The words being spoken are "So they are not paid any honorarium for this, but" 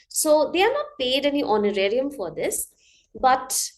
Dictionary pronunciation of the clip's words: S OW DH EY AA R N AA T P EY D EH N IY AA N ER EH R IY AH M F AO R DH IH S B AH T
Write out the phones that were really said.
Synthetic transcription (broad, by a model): S OW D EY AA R N AA T P EY D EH N IY AA N ER EH R IY AH M F AO R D IH S B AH T